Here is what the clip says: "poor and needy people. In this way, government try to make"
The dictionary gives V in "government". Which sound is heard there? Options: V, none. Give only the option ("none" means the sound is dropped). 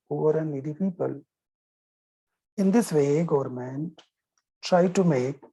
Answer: V